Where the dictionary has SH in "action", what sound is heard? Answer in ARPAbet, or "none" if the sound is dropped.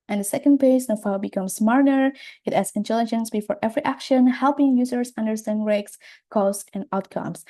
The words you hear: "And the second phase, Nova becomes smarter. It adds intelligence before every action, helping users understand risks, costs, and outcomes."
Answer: SH